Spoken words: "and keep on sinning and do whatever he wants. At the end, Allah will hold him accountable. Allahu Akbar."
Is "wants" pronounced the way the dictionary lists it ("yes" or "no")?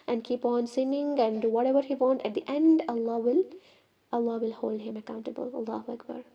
no